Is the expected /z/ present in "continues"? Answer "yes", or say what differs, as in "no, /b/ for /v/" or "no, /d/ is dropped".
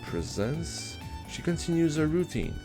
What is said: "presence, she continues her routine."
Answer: yes